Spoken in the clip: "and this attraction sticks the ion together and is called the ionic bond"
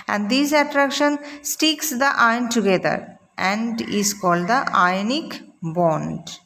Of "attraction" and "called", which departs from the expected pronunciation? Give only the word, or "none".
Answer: none